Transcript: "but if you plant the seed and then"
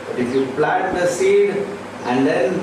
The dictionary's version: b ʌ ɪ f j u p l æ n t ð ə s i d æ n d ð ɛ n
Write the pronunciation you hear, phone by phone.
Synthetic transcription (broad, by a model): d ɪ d j u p l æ t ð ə s i d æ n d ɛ n